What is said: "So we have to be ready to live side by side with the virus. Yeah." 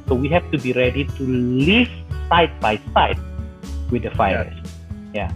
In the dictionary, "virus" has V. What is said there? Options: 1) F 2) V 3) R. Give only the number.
1